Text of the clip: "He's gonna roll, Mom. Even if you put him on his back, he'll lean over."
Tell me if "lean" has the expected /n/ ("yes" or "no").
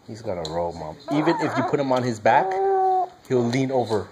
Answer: yes